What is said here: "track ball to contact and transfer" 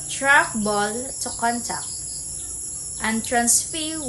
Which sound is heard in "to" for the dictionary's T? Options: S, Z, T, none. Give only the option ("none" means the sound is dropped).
T